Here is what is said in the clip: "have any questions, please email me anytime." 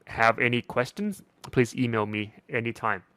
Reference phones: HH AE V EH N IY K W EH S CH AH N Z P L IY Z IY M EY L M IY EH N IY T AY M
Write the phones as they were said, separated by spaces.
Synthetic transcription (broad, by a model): HH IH V EH N IY K W EH S CH AH N Z P L IY Z IY M EY L M IY EH N IY T AY M